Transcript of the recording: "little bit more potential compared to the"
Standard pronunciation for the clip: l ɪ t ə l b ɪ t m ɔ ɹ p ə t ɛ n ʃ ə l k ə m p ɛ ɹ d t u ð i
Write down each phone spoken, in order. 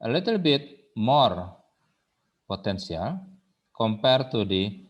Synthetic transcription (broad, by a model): l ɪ t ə l b ɪ t m ɔ ɹ p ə t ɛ n s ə l k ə m p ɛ ɹ t u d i